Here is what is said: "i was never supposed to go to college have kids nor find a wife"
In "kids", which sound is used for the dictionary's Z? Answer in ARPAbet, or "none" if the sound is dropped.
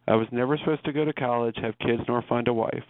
Z